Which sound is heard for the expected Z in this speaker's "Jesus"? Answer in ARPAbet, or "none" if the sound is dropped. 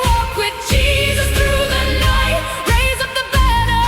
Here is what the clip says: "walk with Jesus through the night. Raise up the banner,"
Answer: Z